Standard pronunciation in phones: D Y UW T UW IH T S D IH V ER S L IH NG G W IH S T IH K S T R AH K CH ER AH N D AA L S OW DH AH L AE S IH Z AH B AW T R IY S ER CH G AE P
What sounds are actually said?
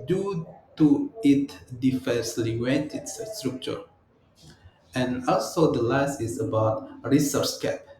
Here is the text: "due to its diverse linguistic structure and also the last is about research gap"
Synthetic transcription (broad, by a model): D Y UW T UW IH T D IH F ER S L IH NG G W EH T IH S S T R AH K CH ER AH N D AA L S OW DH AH L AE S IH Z AH B AW T R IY S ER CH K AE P